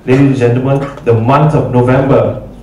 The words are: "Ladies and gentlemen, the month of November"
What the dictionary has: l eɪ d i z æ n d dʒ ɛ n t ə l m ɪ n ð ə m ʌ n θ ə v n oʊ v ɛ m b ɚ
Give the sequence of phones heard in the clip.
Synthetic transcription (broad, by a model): l eɪ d i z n dʒ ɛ n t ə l m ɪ n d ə m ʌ n t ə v n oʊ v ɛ m b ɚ